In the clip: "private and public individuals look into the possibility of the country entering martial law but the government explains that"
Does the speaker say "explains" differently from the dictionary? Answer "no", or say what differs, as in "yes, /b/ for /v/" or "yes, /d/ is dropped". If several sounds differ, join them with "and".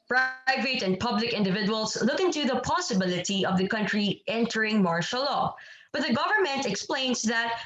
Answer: yes, /s/ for /z/